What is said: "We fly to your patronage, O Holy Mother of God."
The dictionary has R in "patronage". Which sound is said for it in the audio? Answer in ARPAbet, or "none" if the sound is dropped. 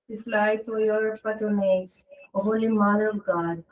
none